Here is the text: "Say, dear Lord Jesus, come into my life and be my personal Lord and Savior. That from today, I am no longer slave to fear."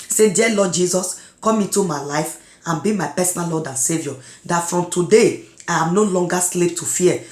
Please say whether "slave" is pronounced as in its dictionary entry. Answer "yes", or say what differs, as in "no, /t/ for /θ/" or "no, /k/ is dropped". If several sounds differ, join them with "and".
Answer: no, /p/ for /v/